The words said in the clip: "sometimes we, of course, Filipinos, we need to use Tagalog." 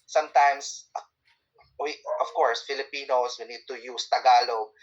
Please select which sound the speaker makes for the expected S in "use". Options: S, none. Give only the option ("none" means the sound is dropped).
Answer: S